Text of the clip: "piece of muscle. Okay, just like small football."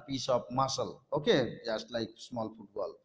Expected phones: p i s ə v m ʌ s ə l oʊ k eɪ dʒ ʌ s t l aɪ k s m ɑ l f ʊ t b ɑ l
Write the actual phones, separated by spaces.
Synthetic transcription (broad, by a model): p i s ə p m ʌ s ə l oʊ k eɪ dʒ ʌ s t l aɪ k s m ɑ l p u t b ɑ l